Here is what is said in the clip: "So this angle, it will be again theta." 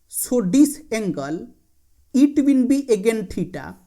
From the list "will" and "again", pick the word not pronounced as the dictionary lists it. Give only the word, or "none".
will